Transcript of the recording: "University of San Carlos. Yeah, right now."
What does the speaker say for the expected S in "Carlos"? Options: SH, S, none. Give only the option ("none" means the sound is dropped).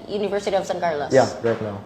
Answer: none